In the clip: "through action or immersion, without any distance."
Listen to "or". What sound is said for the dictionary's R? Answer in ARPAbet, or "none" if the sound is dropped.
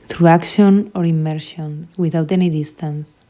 R